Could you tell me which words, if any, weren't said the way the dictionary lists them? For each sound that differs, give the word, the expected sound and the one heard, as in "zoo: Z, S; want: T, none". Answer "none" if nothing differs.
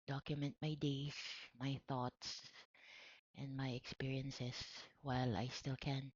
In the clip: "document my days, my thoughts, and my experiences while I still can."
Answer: days: Z, S; experiences: Z, S